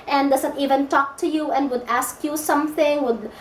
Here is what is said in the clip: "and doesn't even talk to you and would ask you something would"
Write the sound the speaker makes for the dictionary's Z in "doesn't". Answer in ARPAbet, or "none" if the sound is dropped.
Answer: S